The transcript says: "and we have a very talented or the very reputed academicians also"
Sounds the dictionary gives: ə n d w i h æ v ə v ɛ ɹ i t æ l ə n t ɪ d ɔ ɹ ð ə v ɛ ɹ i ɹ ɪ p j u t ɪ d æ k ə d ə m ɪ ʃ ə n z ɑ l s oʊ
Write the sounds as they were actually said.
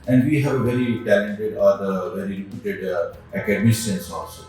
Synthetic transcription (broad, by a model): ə n d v i h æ v ə v ɛ ɹ i t æ l ə n t ɪ d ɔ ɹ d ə v ɛ ɹ i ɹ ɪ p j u t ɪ d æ k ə d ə m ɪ s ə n s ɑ l s oʊ